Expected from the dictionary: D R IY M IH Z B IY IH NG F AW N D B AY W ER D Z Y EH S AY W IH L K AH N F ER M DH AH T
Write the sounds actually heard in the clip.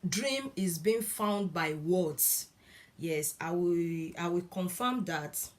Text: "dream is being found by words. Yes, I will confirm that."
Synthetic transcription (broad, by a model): D R IY M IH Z B IY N F AW N D B AY W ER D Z Y EH S AY W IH W K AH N F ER M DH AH T